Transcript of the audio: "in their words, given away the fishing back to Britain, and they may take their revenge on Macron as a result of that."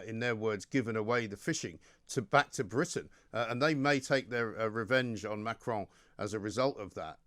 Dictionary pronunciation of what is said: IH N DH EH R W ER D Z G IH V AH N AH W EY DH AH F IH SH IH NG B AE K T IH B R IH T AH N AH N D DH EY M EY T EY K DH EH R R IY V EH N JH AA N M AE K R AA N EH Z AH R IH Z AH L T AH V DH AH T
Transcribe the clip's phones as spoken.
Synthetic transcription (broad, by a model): IH N DH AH R W ER D Z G IH V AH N AH W EY DH AH F IH SH IH NG B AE K T IH B R IH T N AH N DH EY M EY T EY K DH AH R R IY V EH N JH N M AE K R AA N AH Z AH R IH Z AH L T AH V DH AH T